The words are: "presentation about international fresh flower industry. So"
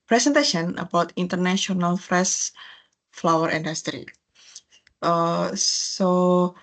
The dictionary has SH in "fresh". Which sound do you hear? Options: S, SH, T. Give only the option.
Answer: S